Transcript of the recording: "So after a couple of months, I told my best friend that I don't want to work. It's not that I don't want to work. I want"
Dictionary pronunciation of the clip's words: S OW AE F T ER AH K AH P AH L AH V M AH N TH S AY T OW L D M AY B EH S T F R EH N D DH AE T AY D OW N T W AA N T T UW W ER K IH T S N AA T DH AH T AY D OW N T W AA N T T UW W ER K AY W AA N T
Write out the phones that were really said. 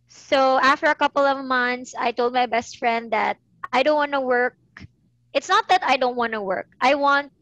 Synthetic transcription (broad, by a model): S OW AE F T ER AH K AH P AH L AH V M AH N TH S AY T OW L D M AY B EH S T F R EH N D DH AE T AY D OW N T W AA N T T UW W ER K IH T S N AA T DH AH T AY D OW N T W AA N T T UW W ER K AY W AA N T